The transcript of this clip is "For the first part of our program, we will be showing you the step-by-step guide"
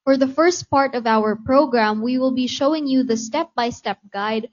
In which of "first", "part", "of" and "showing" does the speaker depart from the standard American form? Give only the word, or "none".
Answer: none